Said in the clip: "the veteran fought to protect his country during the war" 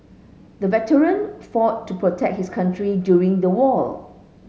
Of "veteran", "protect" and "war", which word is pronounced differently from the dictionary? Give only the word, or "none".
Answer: war